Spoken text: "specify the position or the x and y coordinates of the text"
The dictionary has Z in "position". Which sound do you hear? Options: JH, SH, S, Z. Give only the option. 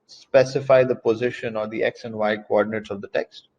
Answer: Z